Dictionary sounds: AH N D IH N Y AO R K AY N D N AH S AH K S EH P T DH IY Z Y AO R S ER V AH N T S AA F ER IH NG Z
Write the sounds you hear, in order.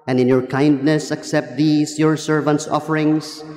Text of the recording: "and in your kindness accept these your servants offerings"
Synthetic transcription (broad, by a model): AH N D IH N Y AO R K AY N D N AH S AH K S EH P T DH IY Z Y AO R S ER V AH N T S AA F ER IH NG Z